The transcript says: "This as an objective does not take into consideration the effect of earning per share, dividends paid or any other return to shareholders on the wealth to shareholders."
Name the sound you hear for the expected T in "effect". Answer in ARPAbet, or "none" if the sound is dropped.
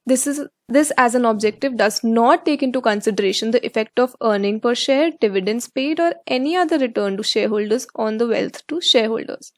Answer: T